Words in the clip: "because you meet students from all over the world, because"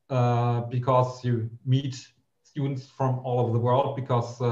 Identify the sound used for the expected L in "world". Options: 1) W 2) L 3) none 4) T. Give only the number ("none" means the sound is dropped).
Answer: 2